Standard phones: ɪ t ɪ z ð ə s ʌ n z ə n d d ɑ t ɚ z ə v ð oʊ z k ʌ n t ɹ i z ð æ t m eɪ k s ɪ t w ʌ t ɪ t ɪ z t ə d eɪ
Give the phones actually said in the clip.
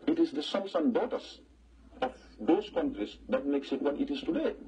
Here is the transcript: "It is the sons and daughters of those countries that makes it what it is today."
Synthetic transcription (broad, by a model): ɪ t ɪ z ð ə s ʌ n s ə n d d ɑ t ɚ s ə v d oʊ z k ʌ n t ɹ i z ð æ t m eɪ k s ɪ t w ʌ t ɪ t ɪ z t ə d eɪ